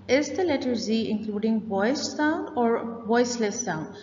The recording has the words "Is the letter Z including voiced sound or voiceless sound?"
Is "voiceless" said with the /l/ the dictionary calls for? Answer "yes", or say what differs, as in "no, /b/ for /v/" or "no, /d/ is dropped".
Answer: yes